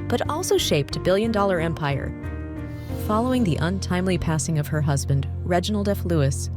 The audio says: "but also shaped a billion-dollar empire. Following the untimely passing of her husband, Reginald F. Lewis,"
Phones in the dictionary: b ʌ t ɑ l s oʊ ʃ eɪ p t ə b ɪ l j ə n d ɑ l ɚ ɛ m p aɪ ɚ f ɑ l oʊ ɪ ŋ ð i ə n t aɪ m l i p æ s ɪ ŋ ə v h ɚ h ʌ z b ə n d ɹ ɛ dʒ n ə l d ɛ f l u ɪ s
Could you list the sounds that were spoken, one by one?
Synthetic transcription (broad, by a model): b ʌ t ɑ l s oʊ ʃ eɪ p t ə b ɪ l j ə n d ɑ l ɚ ɛ m p aɪ ɚ f ɑ l oʊ ɪ ŋ ð i ə n t aɪ m l i p æ s ɪ ŋ ə v ɚ h ʌ z b ə n d ɹ ɛ dʒ n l d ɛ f l u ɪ s